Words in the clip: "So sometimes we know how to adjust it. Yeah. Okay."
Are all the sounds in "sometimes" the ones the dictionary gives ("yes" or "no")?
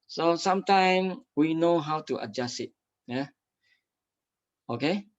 no